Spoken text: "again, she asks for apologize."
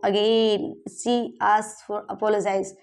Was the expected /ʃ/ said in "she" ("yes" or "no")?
no